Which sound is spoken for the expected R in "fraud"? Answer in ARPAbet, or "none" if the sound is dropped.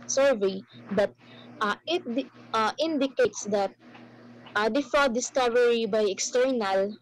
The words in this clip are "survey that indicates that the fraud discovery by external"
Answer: none